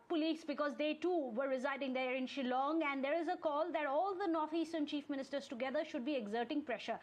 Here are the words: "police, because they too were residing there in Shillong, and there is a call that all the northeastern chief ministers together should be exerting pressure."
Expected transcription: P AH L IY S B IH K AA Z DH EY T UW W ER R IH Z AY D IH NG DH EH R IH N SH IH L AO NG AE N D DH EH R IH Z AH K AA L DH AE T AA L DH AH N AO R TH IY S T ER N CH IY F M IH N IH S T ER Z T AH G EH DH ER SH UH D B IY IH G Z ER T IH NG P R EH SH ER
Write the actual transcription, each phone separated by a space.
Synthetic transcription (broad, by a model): P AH L IY S B IH K AA Z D EY T UW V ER R IH Z AY D IH NG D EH R IH N SH IH L AO NG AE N D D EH R IH Z AH K AA L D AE T AA L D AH N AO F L IY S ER N CH IY F M IH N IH S T ER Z T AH G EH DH ER SH UH D B IY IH G Z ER T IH NG P R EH SH ER